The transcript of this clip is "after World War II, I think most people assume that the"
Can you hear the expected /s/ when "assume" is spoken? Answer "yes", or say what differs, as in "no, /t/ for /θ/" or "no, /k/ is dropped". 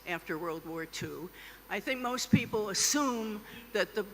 yes